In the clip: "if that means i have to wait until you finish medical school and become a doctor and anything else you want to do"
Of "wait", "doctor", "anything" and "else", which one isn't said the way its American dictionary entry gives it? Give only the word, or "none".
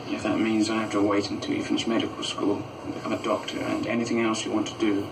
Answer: none